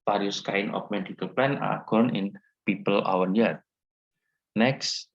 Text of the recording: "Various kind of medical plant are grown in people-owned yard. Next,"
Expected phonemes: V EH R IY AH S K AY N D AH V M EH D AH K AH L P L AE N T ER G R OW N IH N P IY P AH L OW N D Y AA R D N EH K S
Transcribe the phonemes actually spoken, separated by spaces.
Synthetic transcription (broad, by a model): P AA R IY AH S K AY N AH F M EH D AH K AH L P L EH N AA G OW N IH N P IY P AH L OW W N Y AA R N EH K S